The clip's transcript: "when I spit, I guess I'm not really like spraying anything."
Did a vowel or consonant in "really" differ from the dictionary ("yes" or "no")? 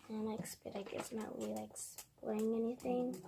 yes